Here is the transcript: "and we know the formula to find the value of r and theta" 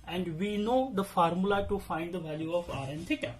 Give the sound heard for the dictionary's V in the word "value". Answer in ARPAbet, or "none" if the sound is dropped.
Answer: V